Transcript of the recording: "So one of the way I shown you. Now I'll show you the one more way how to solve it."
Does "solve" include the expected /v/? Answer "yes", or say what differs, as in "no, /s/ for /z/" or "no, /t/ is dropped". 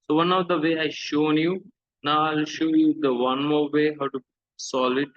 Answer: no, /v/ is dropped